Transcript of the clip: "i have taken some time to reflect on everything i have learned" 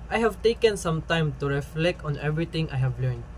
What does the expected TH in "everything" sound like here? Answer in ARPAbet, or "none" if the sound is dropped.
T